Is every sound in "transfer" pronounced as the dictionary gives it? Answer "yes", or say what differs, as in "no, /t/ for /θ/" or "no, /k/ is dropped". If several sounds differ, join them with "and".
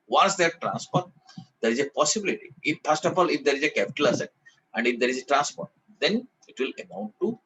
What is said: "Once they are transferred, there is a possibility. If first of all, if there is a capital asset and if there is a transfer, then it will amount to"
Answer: no, /p/ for /f/